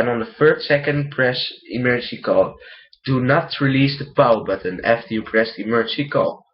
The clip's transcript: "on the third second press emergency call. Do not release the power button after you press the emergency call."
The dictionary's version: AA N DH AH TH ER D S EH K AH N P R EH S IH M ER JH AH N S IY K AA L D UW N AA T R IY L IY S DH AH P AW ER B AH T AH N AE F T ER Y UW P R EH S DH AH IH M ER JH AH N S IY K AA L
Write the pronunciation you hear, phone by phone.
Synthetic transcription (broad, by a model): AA N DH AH F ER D S EH K AH N P R EH S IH M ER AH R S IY K AA L D UW N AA T R IY L IY S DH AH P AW B AH T AH N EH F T Y UW P R EH S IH M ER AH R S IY K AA L